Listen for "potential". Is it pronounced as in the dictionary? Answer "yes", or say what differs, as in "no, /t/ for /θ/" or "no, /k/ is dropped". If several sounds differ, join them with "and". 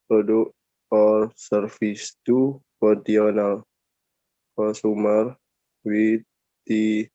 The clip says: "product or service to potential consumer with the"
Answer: no, /ʃ/ is dropped